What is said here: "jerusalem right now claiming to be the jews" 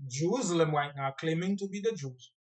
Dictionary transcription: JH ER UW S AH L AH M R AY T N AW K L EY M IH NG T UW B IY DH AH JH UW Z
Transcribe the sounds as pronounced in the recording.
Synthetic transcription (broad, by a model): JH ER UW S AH L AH M W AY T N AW K L EY M IH NG T UW B IY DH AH JH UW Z